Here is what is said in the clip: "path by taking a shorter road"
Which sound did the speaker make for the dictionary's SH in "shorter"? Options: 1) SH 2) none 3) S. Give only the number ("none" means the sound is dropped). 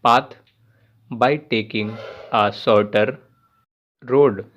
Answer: 3